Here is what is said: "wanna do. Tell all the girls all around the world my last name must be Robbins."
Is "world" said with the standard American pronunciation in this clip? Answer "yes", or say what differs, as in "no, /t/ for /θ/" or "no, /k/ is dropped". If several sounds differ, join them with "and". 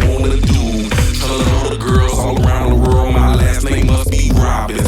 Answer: yes